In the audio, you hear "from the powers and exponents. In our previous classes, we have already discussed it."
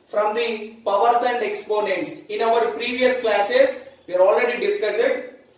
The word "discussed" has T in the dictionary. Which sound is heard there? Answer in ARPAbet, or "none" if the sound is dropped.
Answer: none